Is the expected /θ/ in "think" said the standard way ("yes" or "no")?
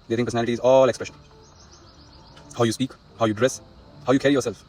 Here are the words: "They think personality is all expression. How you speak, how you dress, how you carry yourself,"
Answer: no